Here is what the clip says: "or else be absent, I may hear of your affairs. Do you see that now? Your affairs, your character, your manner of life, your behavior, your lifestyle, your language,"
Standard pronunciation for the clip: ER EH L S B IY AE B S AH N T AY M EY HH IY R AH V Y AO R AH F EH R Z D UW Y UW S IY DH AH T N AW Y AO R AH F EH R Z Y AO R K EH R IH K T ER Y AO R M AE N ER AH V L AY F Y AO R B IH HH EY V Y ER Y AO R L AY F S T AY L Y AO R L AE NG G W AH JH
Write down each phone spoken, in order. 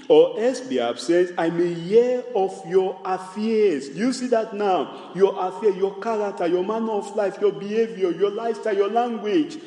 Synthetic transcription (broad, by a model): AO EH S B IY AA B S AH N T AY M EY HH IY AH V Y AO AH F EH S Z D UW Y UW S IY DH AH T N AW Y AO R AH F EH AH Y AO K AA R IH K T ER Y AO M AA N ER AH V L AY F Y AO B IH HH EY V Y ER Y AO L AY S T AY Y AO L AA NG G W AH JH